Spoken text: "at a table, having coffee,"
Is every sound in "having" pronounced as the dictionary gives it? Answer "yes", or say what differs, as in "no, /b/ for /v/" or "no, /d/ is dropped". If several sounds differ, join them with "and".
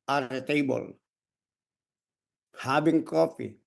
no, /b/ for /v/